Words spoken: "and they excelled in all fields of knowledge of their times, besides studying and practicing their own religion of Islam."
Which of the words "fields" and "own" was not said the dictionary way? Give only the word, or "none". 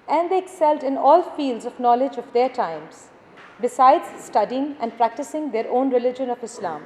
none